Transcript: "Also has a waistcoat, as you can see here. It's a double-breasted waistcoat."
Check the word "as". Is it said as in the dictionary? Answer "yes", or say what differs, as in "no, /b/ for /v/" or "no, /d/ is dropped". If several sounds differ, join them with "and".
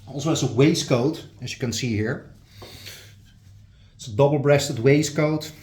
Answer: no, /s/ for /z/